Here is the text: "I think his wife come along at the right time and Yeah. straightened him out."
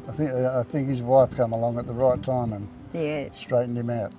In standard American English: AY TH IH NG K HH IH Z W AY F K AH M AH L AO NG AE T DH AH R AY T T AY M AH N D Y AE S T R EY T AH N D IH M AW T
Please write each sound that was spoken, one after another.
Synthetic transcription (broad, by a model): AY TH IH NG K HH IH Z W AY F K AH M AH L AO NG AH T DH AH R AY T T AY M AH N Y AE S T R EY T N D IH M AW T